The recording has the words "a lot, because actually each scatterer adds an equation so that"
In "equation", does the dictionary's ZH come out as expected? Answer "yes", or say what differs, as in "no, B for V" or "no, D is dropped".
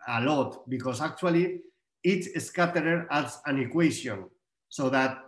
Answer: no, S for ZH